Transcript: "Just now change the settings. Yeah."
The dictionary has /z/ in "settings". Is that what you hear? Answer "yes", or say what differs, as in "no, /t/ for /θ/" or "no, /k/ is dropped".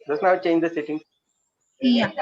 no, /z/ is dropped